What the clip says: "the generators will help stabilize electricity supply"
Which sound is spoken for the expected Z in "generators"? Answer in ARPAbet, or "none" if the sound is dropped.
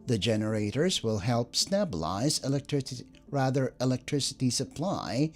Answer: Z